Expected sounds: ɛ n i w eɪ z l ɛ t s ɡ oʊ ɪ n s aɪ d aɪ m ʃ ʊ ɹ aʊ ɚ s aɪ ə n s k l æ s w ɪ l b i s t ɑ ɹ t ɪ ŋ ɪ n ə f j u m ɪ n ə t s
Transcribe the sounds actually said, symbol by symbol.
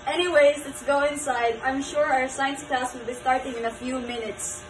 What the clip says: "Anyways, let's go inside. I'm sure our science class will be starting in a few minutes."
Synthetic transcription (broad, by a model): ɛ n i w eɪ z l ɛ t s ɡ oʊ ɪ n s aɪ d aɪ m ʃ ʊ ɹ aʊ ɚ s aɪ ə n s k æ s w ɪ l b i s t ɑ ɹ t ɪ ŋ ɪ n ə f j u m ɪ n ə t s